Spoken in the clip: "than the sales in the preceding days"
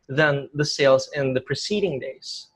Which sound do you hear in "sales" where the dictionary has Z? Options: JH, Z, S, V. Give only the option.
Z